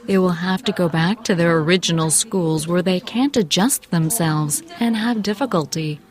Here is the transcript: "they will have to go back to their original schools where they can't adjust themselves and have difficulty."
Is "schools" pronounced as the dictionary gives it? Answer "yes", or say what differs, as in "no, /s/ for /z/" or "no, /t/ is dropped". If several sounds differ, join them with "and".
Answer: yes